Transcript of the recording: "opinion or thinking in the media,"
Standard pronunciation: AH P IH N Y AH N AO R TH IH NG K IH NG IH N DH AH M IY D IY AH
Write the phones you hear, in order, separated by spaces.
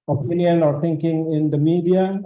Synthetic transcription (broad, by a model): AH P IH N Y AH N AO R T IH NG K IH NG IH N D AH M IY D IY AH